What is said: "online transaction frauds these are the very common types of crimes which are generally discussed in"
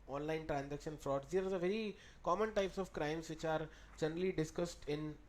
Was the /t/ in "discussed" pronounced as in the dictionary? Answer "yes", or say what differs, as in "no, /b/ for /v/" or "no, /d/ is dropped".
yes